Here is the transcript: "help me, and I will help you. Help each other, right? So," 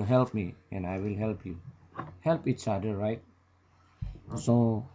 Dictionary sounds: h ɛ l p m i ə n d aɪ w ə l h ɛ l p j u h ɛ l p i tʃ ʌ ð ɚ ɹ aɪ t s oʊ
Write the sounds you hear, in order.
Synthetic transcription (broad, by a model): h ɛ l p m i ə n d aɪ w ə l h ɛ l p j u h ɛ l p i tʃ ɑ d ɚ ɹ aɪ t s oʊ